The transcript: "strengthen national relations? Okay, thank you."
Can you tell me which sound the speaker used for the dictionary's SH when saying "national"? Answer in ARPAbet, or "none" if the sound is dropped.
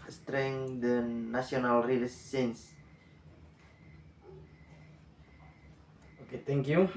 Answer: none